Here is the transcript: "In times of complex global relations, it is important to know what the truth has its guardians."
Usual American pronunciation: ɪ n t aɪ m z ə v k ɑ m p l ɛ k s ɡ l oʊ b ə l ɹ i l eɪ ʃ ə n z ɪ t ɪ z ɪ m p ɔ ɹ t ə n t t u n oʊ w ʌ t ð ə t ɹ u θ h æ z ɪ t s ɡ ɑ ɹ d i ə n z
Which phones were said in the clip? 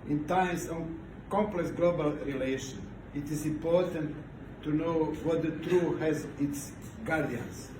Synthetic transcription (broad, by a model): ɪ n t aɪ m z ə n k ɑ m p l ɛ k s ɡ l oʊ b ə l ɹ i l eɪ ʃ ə n ɪ t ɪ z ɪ m p ɔ ɹ t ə n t t u n oʊ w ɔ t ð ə t ɹ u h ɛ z ɪ t s ɡ ɑ ɹ d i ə n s